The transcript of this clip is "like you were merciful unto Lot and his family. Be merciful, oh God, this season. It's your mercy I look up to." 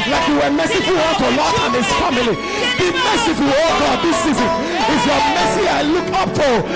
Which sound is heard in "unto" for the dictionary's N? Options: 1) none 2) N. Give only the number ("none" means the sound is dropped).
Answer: 1